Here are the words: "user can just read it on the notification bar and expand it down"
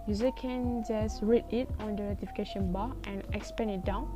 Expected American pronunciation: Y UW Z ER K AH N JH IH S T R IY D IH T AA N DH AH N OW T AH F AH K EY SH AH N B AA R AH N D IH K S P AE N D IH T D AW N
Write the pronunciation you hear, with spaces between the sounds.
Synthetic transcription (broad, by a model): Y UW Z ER K AH N JH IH S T R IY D IH T AA N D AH N OW T AH F AH K EY SH AH N B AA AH N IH K S P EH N IH T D AW N